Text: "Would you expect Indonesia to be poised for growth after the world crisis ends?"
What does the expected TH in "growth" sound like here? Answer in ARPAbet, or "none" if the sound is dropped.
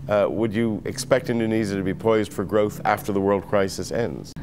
TH